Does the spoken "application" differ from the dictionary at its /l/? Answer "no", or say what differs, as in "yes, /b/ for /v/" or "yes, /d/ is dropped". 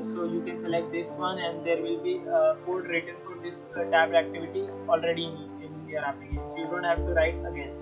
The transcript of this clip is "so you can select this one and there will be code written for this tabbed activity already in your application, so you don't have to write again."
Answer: yes, /l/ is dropped